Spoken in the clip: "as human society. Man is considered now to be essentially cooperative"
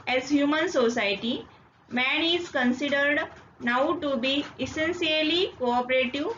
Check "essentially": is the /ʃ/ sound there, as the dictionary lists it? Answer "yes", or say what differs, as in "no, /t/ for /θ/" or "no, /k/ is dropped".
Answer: no, /s/ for /ʃ/